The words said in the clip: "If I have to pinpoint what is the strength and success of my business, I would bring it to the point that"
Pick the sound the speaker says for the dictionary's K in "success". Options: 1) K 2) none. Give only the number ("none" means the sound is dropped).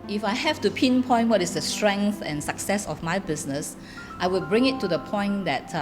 1